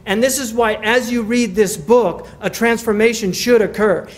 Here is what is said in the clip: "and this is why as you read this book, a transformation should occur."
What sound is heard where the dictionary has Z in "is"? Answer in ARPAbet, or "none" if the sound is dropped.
Z